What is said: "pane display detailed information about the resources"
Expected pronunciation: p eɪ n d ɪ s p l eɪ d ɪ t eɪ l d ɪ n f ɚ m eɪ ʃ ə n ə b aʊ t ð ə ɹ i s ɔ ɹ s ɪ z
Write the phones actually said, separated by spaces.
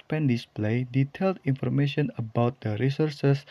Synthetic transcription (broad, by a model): p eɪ n d ɪ s p l eɪ d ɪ t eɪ l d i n f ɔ m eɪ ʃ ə n ə b aʊ t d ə ɹ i s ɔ ɹ s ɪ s